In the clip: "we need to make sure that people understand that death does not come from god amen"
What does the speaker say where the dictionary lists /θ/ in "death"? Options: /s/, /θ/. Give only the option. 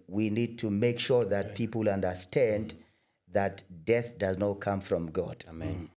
/θ/